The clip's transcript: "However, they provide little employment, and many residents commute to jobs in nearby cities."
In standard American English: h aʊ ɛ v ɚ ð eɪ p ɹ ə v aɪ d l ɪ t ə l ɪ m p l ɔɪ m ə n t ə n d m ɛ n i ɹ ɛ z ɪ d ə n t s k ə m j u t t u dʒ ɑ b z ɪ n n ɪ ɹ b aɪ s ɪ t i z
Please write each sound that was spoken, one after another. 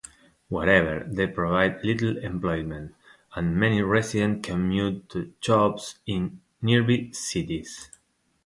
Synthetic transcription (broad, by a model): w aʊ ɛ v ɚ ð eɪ p ɹ ə v aɪ d l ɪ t l ɪ m p l ɔɪ m ə n t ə n m ɛ n i ɹ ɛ s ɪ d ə n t k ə m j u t t u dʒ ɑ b s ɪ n n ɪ ɹ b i s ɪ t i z